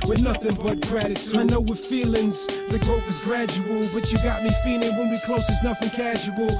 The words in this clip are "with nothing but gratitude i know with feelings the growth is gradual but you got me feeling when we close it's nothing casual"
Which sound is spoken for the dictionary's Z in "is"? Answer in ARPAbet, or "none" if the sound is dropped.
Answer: Z